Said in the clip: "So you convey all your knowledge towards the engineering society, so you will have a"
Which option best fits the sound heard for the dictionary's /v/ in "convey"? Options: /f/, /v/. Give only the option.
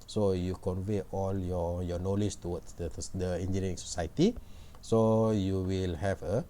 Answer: /v/